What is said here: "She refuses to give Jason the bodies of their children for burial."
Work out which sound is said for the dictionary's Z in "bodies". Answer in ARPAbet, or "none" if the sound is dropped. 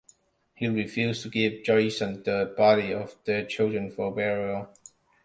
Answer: none